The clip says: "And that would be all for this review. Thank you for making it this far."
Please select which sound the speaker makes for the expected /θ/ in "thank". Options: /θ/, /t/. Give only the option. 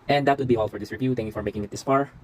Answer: /t/